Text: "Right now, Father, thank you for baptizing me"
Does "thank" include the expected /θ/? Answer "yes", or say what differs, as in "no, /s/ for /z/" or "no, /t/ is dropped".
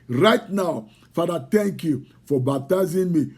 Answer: no, /t/ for /θ/